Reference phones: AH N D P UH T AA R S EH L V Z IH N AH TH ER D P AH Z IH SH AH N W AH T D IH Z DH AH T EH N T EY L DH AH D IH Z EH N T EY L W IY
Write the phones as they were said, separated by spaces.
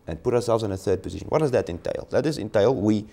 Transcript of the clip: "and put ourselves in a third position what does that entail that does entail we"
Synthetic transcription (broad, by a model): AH N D P UH T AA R S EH L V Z IH N AH TH ER D P AH Z IH SH AH N W AH T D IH Z DH AH T EH N T EY L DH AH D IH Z EH N T EY L W IY